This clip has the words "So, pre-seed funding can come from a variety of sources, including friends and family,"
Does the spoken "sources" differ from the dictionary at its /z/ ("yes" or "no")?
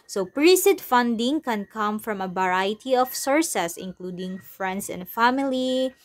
yes